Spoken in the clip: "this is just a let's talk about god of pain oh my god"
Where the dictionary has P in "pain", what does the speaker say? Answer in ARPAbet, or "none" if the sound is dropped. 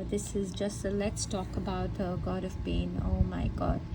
B